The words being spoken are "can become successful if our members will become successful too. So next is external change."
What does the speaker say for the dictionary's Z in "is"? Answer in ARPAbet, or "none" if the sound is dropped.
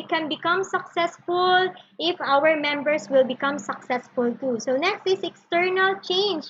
S